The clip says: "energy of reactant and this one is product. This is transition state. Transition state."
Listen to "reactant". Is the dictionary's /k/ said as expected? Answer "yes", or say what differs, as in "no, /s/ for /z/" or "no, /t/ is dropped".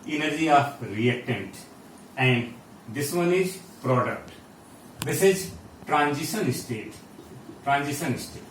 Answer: no, /k/ is dropped